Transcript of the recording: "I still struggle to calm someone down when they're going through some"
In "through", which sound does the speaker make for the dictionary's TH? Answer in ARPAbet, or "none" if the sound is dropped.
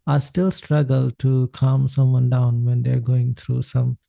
T